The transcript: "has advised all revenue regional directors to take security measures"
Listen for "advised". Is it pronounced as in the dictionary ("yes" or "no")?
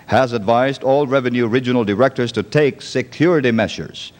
yes